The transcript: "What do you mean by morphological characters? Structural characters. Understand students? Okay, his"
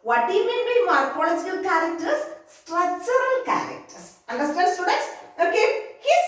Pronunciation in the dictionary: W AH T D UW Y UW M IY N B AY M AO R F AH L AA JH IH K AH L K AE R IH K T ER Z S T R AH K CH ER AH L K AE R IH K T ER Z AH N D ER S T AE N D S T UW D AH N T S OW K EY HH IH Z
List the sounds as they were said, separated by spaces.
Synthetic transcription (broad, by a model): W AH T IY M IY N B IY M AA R P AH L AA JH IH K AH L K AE R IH K T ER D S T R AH CH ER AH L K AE R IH K T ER S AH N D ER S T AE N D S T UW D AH T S OW K EY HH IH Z